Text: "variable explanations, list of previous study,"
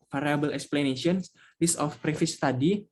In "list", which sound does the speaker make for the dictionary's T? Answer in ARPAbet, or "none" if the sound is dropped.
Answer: none